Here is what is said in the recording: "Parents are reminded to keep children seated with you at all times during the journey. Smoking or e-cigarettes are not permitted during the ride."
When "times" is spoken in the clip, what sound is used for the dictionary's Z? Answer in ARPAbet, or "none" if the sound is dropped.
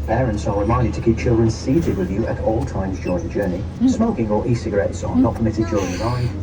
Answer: Z